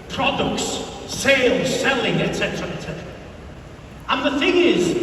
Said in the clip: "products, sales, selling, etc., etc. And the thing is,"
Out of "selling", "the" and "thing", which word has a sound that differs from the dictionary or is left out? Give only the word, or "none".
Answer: none